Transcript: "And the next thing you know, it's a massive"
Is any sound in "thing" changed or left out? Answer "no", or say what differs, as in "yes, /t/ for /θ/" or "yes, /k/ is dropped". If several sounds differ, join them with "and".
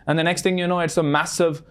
no